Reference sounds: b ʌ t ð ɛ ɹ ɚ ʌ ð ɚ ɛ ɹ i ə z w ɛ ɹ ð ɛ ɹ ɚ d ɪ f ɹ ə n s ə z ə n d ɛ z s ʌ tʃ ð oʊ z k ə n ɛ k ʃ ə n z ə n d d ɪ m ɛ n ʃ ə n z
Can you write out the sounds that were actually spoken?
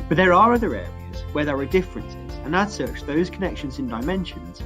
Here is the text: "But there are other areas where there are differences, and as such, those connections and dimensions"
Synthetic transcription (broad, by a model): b ʌ t ð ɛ ɹ ɚ ʌ ð ɚ ɛ ɹ i ə z w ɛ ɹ ð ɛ ɹ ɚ d ɪ f ɹ ə n s ə z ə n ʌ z s ʌ tʃ ð oʊ z k ə n ɛ k ʃ ə n z ə n d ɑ ɪ m ɛ n ʃ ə n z